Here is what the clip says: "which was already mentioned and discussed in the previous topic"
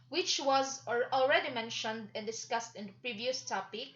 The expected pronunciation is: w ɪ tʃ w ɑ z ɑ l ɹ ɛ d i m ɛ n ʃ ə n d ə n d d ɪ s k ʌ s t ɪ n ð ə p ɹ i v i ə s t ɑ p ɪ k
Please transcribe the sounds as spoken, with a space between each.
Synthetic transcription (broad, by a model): w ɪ tʃ w ɑ z ɑ l ɹ ɛ d i m ɛ n ʃ ə n d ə n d d ɪ s k ʌ s t ɪ n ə p ɹ i v i ə s t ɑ p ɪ k